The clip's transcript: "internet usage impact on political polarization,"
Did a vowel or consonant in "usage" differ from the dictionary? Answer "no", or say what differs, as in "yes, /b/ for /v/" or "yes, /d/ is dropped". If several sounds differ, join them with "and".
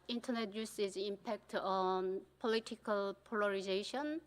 yes, /z/ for /dʒ/